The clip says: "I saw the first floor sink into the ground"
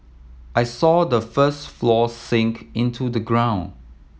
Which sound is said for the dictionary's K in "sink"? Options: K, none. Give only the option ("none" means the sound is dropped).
K